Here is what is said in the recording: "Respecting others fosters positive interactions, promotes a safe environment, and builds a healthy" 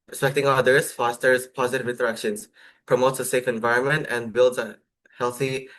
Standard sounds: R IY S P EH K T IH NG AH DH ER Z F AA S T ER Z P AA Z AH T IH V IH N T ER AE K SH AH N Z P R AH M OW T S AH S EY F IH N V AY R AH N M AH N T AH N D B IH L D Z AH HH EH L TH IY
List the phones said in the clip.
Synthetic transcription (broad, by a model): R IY S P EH K T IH NG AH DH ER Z F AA S T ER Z P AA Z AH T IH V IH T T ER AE K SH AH N S P R AH M OW T S AH S EY F IH N V AY R AH N M AH N T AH N B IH L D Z AH HH EH L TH IY